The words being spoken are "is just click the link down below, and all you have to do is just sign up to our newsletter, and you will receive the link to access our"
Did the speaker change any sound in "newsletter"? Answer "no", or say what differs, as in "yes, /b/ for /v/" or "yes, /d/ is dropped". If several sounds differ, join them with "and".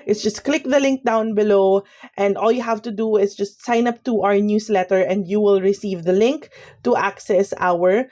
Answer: yes, /s/ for /z/